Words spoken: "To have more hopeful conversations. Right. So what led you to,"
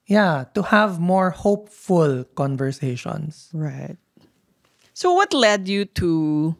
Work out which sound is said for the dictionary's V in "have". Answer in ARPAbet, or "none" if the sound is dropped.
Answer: V